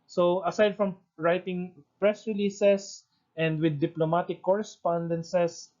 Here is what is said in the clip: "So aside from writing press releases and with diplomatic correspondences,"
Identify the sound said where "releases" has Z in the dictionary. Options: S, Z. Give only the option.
S